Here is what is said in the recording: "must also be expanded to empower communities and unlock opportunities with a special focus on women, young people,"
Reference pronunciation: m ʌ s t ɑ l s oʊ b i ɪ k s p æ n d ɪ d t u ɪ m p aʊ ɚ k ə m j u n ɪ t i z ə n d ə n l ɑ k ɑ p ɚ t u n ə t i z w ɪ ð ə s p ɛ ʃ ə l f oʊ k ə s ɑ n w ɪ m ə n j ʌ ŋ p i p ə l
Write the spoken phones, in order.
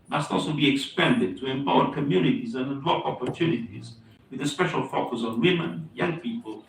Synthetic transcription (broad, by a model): m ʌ s t ɑ l s oʊ b i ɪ k s p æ n d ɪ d t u ɪ m p aʊ ɚ k ə m j u n ɪ t i z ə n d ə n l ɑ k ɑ p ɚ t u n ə t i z w ɪ ð ə s p ɛ ʃ ə l f oʊ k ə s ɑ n w ɪ m ə n j ʌ ŋ p i p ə l